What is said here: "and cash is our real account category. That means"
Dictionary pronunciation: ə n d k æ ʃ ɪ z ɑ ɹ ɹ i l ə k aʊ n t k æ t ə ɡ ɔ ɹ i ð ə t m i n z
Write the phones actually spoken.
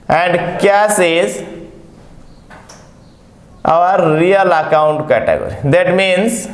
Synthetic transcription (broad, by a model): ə n d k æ s ɪ z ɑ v ɹ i l ə k aʊ n t k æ t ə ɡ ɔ ɹ i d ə t m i n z